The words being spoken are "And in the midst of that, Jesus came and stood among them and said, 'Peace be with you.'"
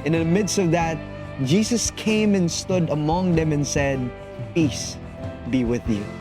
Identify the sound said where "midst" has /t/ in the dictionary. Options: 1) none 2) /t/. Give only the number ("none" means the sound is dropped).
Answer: 2